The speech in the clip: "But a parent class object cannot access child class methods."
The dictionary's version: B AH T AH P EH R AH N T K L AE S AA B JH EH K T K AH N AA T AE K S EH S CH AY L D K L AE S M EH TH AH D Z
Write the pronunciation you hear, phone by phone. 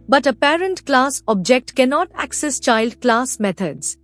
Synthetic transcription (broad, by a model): B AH T AH P EH R AH N T K L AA S AA B JH EH K T K AH N AA T AE K S EH S CH AY L D K L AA S M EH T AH D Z